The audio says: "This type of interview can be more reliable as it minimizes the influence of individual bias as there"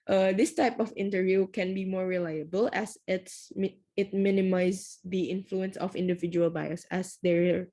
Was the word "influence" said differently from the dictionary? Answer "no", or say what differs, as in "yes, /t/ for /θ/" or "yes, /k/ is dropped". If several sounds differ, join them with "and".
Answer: no